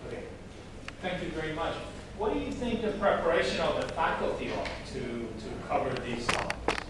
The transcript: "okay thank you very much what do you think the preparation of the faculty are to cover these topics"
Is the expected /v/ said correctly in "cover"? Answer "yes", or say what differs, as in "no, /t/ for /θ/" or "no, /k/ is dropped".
yes